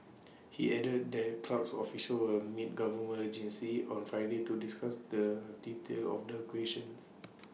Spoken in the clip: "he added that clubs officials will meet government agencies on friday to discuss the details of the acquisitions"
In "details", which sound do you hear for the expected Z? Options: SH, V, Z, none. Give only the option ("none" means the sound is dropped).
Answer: none